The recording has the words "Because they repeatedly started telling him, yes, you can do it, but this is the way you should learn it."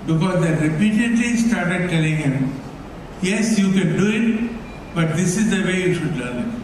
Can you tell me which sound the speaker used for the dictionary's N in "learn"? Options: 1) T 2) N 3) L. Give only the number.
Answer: 3